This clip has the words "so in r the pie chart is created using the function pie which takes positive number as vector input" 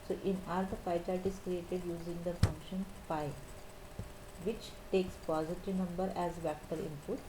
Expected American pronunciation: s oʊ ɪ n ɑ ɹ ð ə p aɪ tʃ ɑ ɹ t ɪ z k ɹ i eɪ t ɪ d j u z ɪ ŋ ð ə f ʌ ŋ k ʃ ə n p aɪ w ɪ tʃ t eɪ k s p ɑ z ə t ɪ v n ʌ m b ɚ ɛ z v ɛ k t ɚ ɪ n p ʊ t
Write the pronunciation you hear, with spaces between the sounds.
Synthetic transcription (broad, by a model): s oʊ ɪ n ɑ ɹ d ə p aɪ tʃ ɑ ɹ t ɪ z k ɹ i eɪ t ɪ d j u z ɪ ŋ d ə f ʌ ŋ k ʃ ə n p aɪ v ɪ tʃ t eɪ k s p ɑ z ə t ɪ n ʌ m b ɚ ɛ z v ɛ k t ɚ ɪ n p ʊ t